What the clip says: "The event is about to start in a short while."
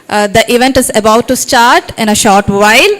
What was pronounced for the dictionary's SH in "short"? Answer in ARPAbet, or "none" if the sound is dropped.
SH